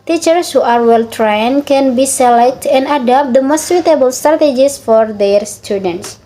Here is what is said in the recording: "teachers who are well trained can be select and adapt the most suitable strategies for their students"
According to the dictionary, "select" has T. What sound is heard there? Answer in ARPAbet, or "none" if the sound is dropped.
T